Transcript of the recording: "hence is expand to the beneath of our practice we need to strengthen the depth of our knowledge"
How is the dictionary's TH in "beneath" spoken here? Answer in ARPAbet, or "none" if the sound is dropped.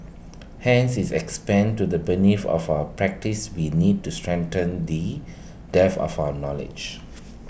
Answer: F